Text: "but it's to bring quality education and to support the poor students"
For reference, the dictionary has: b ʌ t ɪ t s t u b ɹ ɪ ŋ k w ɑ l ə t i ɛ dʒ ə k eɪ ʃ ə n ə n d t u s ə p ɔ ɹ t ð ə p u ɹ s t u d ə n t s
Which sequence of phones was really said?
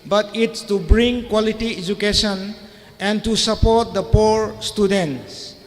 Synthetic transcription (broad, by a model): b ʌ t ɪ t s t u b ɹ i ŋ k w ɑ l ə t i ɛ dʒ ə k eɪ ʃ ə n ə n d t u s ə p ɔ ɹ t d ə p u ɹ s t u d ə n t s